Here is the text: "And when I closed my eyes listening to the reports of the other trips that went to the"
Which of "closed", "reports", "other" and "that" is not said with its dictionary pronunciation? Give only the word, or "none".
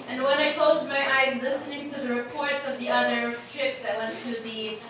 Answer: none